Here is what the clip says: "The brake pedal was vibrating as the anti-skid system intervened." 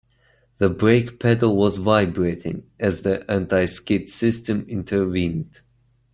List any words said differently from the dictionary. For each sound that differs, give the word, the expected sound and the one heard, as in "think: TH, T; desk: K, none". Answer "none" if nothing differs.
none